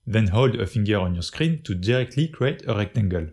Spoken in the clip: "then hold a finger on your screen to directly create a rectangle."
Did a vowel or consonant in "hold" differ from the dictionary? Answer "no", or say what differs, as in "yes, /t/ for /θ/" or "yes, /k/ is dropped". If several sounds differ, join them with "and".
no